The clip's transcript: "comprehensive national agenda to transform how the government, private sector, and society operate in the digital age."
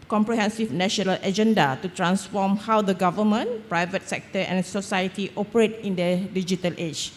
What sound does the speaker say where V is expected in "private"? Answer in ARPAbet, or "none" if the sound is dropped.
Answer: V